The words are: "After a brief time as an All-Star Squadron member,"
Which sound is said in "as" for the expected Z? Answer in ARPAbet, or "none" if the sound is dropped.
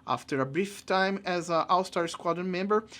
Z